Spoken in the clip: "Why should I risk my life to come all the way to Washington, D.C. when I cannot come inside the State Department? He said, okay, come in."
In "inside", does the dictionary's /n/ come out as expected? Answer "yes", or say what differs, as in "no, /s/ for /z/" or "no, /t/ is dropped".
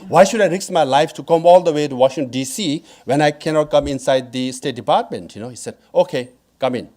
yes